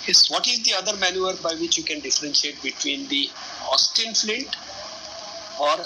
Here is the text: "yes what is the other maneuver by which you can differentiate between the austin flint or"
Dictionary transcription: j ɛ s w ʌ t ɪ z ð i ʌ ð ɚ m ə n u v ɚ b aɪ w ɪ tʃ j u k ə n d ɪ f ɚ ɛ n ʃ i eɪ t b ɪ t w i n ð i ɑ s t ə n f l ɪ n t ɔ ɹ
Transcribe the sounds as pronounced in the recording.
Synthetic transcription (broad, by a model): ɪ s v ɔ t ɪ z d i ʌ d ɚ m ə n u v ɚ b aɪ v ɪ tʃ j u k ə n d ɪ f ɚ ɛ n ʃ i eɪ t b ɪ t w i n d i ɑ s t ə n f l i t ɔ ɹ